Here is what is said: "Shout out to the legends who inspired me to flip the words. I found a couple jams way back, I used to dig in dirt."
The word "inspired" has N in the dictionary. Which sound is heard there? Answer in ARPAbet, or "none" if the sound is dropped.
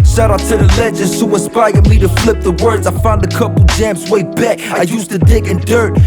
none